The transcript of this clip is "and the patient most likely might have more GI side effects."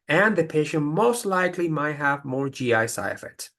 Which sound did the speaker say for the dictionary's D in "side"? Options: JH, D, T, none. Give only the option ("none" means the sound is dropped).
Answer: none